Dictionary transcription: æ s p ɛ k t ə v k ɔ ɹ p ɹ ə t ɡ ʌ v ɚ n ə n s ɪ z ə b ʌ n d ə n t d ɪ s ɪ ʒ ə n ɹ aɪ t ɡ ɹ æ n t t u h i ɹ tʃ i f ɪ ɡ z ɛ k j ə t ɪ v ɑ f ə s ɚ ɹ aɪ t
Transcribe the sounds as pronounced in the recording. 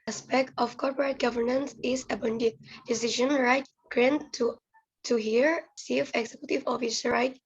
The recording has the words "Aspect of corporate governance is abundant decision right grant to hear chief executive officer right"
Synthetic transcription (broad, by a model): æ s p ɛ k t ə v k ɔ ɹ p ɹ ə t ɡ ʌ v ɚ n ə n s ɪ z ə b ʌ n d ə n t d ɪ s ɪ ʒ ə n ɹ aɪ t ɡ ɹ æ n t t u h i ɹ s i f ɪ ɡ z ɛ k j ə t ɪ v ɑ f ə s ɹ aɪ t